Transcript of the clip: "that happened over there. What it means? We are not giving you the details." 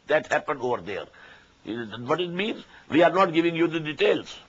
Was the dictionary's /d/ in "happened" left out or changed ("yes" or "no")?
no